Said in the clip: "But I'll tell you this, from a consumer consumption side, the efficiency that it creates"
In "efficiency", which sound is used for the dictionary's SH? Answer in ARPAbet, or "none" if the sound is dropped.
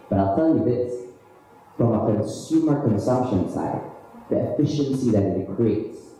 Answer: SH